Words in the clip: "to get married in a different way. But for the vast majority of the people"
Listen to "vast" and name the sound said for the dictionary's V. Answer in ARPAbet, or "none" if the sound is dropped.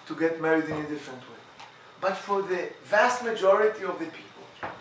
V